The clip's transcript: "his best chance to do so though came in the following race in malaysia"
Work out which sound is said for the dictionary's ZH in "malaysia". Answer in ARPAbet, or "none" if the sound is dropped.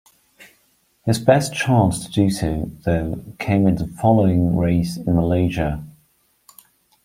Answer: ZH